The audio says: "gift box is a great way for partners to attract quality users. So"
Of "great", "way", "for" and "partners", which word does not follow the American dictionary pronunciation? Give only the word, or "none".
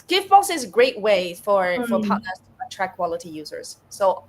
partners